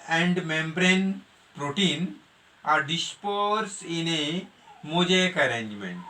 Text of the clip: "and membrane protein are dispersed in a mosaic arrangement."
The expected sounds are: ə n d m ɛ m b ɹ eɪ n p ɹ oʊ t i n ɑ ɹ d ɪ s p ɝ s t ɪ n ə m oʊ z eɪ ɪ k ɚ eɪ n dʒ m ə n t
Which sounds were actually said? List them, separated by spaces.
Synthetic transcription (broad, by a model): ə n d m ɛ m b ɹ eɪ n p ɹ oʊ t i n ɑ ɹ d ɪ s p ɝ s ɪ n ə m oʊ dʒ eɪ k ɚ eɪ n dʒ m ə n t